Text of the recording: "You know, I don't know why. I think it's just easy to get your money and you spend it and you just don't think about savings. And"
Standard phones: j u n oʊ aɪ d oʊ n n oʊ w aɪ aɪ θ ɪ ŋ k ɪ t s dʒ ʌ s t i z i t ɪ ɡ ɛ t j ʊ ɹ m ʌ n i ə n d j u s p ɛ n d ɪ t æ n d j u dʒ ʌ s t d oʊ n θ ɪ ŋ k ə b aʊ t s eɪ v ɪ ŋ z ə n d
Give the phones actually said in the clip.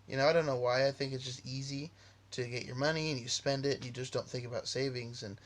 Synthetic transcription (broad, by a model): j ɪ n oʊ aɪ d oʊ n n oʊ w aɪ aɪ θ ɪ ŋ k ɪ t s dʒ ʌ s t i z i t ɪ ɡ ɛ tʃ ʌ ɹ m ʌ n i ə n j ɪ s p ɛ n d ɪ t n j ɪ dʒ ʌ s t d oʊ n θ ɪ ŋ k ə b aʊ t s eɪ v ɪ ŋ z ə n